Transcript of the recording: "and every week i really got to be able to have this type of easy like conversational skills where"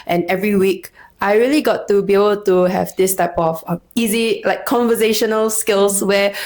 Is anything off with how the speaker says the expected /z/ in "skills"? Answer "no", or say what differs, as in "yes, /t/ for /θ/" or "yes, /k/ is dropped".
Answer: yes, /s/ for /z/